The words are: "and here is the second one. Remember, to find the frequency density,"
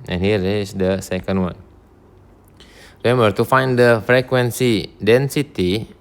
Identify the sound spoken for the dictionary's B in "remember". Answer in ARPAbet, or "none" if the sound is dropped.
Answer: none